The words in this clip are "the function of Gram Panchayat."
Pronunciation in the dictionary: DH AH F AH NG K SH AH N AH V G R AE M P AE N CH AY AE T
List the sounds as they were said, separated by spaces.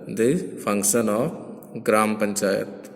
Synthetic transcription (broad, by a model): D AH P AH NG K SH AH N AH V G R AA M P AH N CH AY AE T